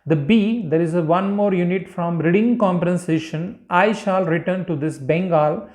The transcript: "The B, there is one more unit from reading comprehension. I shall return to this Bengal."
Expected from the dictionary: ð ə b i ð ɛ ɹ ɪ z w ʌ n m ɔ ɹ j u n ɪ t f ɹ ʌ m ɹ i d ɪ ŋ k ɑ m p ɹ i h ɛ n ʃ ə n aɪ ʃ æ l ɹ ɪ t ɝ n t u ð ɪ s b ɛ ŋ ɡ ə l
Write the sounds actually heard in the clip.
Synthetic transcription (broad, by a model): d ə b i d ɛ ɹ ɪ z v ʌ n m ɔ ɹ j u n ɪ t f ɹ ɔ m ɹ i d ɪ ŋ k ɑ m p i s ɛ ʃ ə n aɪ ʃ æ l ɹ ɪ t ɝ n t u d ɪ s b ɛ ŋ ɡ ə l